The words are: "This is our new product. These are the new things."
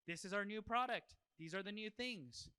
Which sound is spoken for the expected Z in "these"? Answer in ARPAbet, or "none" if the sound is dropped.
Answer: Z